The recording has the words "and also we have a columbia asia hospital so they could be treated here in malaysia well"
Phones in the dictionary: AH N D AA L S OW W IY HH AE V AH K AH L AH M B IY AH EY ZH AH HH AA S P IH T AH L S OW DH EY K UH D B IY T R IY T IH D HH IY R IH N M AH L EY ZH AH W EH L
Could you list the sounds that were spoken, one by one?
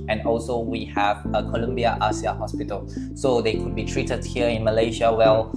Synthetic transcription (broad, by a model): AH N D AA L S OW W IY HH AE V AH K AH L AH M B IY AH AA S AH HH AA S P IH T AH L S OW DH EY K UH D B IY T R IY T IH D HH IY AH IH N M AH L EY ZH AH W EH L